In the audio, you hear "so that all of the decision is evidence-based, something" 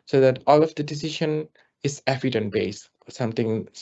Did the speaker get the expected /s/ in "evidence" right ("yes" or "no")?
no